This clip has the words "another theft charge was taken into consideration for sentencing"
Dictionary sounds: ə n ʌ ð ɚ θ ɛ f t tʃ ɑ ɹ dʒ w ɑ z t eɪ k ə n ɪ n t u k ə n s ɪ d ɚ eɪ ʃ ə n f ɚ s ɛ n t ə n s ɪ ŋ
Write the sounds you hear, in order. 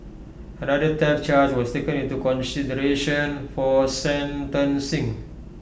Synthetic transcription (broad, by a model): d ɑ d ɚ t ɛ t tʃ ɑ ɹ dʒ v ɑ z t eɪ k ə n ɪ n t u k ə n s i d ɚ eɪ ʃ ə n f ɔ s ɛ n t ə n s ɪ ŋ